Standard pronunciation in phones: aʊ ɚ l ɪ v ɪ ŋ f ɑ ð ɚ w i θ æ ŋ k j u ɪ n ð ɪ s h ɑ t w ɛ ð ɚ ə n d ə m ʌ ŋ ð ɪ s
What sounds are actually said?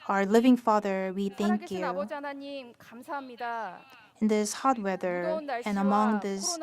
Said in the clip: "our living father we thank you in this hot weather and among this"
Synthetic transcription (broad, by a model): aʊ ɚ l ɪ v ɪ ŋ f ɑ ð ɚ w i θ æ ŋ k j u ɪ n ð ɪ s h ɑ t w ɛ ð ɚ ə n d ə m ʌ ŋ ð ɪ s